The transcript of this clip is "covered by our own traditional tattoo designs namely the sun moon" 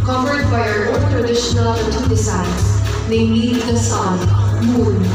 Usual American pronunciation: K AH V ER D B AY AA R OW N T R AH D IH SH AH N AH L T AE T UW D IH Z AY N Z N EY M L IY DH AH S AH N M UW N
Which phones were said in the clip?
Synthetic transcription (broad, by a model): K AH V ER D B AY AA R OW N T R AH D IH SH AH N AH L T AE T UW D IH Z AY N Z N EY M IY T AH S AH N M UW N